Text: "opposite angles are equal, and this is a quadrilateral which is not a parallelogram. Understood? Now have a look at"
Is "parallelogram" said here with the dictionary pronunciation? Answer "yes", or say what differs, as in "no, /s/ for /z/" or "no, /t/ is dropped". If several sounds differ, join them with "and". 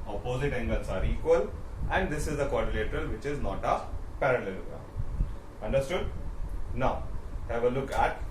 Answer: no, /m/ is dropped